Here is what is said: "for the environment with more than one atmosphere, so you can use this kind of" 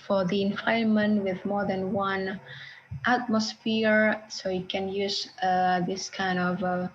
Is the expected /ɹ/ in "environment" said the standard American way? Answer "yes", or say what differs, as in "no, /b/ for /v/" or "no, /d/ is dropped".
no, /ɹ/ is dropped